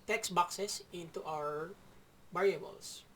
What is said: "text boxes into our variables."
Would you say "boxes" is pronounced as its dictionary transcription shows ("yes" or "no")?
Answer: no